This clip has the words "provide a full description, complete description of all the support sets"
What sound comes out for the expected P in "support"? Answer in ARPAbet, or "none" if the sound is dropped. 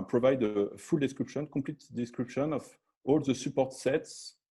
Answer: P